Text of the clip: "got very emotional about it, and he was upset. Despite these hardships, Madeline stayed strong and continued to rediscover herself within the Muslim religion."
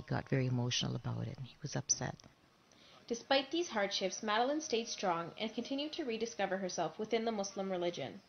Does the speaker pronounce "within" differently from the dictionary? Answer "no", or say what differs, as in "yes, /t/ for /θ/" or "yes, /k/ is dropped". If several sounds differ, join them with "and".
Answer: no